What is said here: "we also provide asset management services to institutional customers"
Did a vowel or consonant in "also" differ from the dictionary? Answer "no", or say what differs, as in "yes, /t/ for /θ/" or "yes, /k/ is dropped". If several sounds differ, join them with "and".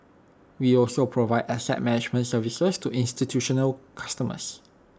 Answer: no